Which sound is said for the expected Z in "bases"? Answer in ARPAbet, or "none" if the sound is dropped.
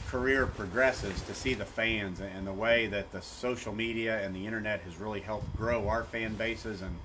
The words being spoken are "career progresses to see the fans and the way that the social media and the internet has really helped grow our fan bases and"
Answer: Z